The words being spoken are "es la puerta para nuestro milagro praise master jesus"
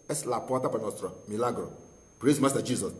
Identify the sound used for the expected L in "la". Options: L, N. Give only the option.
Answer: L